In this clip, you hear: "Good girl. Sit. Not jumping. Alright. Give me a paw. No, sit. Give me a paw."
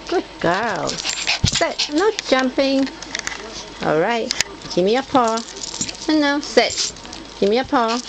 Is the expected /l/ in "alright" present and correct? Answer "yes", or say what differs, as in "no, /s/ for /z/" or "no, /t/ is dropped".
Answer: yes